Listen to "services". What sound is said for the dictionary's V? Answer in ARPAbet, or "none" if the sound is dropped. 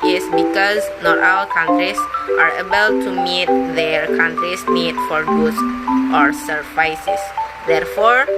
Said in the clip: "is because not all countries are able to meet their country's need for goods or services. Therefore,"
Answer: F